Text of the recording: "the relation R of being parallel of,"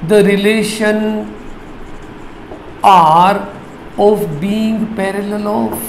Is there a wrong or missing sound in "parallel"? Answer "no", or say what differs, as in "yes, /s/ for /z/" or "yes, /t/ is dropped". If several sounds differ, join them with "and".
no